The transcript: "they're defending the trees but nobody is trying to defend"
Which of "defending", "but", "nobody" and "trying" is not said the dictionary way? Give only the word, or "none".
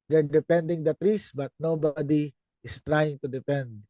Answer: defending